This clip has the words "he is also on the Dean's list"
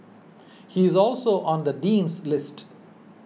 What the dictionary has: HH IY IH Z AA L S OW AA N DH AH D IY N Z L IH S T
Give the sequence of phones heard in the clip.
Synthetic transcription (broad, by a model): HH IY IH Z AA L S OW AA N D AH D IY N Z L IH S T